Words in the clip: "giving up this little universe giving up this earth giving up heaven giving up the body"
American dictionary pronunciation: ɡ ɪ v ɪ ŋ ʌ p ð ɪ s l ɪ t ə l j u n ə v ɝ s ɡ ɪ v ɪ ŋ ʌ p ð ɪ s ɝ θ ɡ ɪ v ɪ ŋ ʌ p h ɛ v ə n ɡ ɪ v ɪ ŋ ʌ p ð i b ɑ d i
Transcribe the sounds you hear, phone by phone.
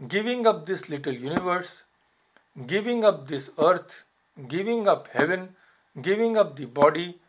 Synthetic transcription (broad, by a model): ɡ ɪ v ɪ ŋ ʌ p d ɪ s l ɪ t ə l j u n ə v ɝ s ɡ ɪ v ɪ ŋ ʌ p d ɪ s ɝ t ɡ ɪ v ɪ ŋ ʌ p h ɛ v ə n ɡ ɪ v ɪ ŋ ʌ p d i b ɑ d i